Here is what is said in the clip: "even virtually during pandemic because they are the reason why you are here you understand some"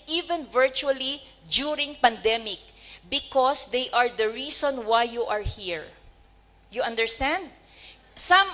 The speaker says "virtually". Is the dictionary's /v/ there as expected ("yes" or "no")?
yes